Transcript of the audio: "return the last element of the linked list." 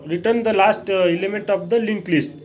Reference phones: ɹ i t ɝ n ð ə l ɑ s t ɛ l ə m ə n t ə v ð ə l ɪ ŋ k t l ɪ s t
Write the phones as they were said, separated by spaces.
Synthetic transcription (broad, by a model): ɹ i t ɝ n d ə l ɑ s t ɛ l ə m ə n t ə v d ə l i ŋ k l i s t